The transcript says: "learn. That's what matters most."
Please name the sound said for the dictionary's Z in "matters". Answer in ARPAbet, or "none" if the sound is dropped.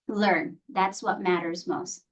Z